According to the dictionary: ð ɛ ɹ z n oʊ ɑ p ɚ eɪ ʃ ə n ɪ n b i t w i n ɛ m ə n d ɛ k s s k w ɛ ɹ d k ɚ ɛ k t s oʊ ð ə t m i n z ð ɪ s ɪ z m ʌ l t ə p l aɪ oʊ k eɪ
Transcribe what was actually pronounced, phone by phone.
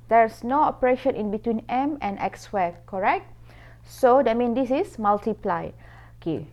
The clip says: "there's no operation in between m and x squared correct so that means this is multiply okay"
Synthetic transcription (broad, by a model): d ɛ ɹ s n oʊ ɑ p ɚ eɪ ʃ ə n ɪ n b i t w i n ɛ m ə n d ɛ k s s w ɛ k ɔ ɛ k t s oʊ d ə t m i n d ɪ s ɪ s m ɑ l t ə p l aɪ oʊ k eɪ